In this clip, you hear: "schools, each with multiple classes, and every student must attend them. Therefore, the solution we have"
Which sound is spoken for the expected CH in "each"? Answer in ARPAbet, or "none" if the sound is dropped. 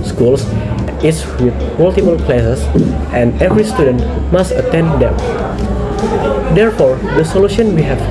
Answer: S